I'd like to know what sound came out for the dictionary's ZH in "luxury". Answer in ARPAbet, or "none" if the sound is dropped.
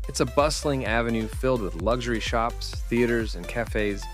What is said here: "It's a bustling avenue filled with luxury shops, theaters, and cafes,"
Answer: ZH